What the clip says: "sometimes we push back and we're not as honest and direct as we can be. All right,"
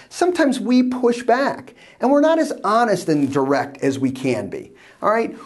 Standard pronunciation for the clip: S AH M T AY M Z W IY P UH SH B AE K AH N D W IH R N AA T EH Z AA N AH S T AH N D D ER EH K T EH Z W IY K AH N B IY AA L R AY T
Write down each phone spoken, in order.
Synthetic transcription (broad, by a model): S AH M T AY M Z W IY P UH SH B AE K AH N W IH R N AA T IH Z AA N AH S T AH N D D ER EH K T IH Z W IY K AH N B IY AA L R AY T